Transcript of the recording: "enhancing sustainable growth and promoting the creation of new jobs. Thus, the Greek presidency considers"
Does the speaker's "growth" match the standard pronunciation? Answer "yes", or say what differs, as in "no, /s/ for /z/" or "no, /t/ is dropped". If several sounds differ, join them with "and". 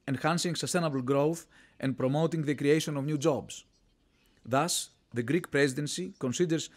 yes